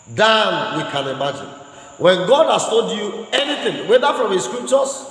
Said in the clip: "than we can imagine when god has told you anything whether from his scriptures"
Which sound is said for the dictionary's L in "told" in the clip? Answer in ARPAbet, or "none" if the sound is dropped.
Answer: none